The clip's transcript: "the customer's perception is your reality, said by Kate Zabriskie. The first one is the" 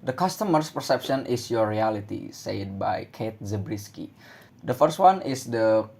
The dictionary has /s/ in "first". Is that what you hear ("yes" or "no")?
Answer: yes